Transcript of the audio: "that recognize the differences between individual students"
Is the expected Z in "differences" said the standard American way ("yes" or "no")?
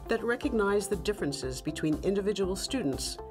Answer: yes